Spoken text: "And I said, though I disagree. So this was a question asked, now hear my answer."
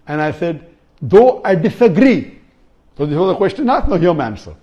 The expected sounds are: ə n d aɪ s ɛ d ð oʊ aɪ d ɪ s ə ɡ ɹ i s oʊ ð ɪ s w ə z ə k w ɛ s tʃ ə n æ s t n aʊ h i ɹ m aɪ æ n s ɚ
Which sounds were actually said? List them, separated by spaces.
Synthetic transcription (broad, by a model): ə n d aɪ s ɛ d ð oʊ aɪ d ɪ s ə ɡ ɹ i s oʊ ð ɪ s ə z ə k w ɛ s tʃ ə n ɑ t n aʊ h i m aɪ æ n s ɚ